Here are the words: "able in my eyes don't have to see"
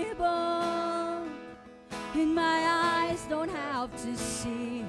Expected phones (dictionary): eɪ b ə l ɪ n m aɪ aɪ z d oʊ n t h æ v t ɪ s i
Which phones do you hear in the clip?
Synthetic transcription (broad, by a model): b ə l ɪ n m aɪ aɪ z d oʊ n t h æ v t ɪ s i